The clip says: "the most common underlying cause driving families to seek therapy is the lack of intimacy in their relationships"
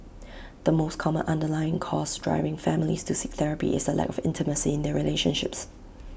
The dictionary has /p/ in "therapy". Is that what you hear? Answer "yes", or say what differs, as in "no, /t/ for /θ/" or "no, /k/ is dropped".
yes